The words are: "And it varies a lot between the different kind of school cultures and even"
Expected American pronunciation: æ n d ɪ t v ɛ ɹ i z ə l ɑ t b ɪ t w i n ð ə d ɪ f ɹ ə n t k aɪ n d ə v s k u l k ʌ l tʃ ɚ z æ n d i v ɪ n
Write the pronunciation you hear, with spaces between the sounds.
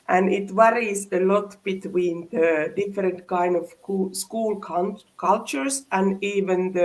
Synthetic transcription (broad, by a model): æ n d ɪ t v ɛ ɹ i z ə l ɑ t b ɪ t w i n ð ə d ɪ f ɹ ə n t k aɪ n d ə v s k u l k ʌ l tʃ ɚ s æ n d i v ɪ n